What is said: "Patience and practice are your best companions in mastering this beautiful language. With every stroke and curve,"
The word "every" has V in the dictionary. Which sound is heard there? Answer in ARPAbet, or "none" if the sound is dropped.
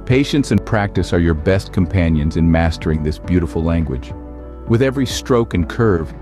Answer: V